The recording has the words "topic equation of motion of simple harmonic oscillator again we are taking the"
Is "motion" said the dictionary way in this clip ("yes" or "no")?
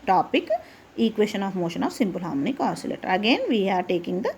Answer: yes